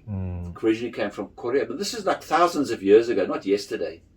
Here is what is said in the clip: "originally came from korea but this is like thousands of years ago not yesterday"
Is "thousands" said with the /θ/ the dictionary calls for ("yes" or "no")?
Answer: yes